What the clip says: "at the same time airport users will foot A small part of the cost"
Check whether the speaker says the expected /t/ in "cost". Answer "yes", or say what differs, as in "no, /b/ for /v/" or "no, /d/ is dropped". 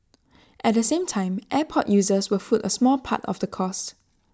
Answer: yes